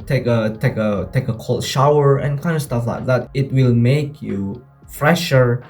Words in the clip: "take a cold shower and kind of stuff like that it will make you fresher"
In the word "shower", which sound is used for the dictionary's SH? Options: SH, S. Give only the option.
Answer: SH